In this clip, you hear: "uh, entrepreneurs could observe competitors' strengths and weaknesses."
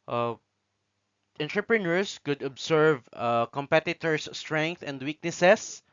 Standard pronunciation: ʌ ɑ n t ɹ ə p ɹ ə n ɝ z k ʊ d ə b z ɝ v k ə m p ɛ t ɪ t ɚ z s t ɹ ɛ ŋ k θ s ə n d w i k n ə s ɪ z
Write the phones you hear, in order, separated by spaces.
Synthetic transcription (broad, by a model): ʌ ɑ n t ɹ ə p ɹ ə n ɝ s k ʊ d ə b s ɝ v k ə m p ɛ t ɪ t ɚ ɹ s t ɹ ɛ ŋ k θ ə n d w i k n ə s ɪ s